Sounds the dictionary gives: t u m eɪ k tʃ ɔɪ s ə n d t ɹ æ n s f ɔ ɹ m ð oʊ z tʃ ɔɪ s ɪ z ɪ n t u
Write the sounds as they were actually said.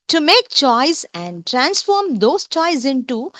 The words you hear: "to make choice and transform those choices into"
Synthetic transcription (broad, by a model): t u m eɪ k tʃ ɔɪ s ə n d t ɹ æ n s f ɔ ɹ m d oʊ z tʃ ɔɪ ɪ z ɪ n t u